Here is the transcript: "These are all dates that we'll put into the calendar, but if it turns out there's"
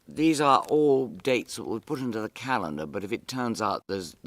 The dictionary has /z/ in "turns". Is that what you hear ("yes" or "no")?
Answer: yes